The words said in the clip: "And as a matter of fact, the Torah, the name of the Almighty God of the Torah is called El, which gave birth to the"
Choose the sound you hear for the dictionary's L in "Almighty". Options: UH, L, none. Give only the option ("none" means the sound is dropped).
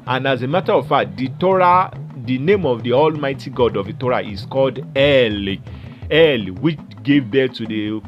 L